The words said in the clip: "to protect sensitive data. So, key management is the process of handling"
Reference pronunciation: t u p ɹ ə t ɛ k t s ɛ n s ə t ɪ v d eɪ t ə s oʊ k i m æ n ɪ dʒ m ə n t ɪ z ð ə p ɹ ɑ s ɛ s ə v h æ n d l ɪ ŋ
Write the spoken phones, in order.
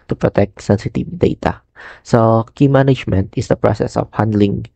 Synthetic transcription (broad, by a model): t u p ɹ ə t ɛ k t s ɛ n s ə t ɪ v d eɪ t ə s oʊ k i m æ n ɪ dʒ m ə n t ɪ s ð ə p ɹ ɑ s ɛ s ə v h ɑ n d l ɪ ŋ